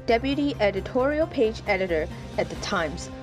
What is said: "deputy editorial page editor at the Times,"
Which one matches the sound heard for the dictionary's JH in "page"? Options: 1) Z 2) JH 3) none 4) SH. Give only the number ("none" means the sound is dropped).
2